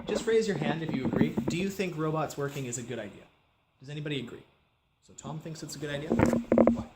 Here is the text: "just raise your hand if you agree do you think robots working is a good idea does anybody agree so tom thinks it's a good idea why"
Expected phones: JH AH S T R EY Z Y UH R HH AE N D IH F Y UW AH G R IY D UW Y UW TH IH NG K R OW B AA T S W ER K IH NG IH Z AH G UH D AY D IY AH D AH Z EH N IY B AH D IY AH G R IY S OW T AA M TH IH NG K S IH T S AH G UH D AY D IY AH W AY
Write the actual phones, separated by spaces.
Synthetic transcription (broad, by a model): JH AH S T R EY Z Y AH R HH AE N D IH F Y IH AH G R IY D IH Y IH TH IH NG K R OW B AA T S W ER K IH NG IH Z AH G UH D AY D IY AH D AH Z EH N IY B AH D IY AH G R IY S OW T AA M TH IH NG K S IH T S AH G UH D AY D IY AH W